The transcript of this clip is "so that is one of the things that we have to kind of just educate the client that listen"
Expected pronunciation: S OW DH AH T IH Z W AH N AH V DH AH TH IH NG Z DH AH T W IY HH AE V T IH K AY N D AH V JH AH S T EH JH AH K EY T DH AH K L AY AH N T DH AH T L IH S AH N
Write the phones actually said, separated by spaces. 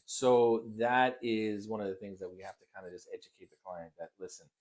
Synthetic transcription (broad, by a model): S OW DH AH T IH Z W AH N AH V DH AH TH IH NG Z DH AH T W IY HH AE F T IH K AY N D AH JH AH S T EH JH AH K EY T DH AH K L AY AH N DH AH T L IH S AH N